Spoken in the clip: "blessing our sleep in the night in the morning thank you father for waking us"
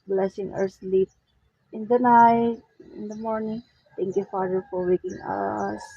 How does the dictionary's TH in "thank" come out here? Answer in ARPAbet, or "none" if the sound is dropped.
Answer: T